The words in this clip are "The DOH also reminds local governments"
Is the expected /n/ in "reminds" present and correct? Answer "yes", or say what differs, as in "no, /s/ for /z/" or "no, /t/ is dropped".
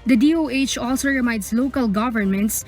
no, /n/ is dropped